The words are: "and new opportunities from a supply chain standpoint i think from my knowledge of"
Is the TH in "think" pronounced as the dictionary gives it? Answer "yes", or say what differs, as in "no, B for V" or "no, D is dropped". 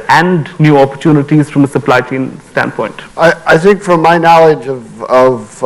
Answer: yes